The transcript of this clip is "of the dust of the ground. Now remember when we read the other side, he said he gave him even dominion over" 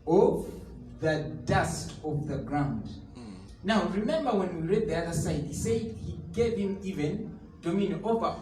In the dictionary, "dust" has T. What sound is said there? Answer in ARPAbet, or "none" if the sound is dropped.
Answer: T